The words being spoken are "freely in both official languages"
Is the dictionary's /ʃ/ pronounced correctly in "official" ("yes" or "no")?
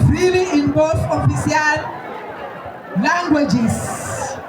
no